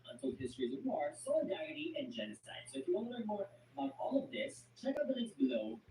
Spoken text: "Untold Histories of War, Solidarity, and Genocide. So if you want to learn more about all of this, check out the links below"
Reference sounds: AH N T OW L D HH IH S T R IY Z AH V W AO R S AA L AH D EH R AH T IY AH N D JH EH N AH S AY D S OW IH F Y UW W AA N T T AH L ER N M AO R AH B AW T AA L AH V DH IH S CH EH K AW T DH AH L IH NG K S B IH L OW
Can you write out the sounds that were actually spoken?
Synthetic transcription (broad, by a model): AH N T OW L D HH IH S T R IY Z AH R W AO R S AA L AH D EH R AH T IY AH N JH EH N AH S AY D S OW IH F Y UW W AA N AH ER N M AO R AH IH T AA L AH V DH IH S CH EH K AW T DH AH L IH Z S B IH L OW